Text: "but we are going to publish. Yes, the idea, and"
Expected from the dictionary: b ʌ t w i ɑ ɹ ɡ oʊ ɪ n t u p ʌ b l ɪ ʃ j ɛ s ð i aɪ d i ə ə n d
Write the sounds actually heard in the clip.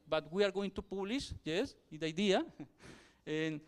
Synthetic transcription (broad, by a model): b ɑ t w i ɑ ɹ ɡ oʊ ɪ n t u p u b l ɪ s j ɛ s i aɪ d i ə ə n